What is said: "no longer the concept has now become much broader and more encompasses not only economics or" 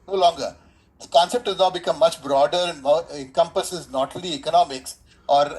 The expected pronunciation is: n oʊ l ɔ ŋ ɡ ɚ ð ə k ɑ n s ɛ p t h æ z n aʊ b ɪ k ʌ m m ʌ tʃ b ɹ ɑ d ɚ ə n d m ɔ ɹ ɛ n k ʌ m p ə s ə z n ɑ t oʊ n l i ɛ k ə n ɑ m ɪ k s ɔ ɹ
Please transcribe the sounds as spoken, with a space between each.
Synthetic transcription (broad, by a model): n oʊ l ɔ ŋ ɡ ɚ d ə k ɑ n s ɛ p t h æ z n aʊ b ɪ k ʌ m m ʌ tʃ b ɹ ɑ d ɚ ə n d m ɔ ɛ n k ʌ m p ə s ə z n ɑ t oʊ l i ɛ k ə n ɑ m ɪ k s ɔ ɹ